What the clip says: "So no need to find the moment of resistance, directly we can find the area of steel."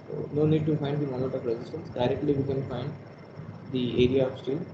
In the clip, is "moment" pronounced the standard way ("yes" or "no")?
no